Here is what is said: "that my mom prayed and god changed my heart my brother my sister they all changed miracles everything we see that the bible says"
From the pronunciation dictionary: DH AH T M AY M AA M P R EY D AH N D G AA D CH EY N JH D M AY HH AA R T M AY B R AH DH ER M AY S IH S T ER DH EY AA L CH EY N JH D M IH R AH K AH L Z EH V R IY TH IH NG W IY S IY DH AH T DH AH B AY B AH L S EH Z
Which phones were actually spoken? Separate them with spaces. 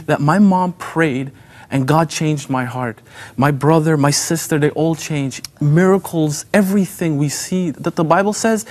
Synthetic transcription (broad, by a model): DH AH T M AY M AA M P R EY D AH N G AA D CH EY N JH D M AY HH AA R T M AY B R AH DH ER M AY S IH S T ER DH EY AA L CH EY N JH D M IH R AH K L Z EH V R IY TH IH NG W IY S IY DH AH T DH AH B AY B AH L S EH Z